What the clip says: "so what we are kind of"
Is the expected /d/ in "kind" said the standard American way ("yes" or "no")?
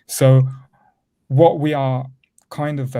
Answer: yes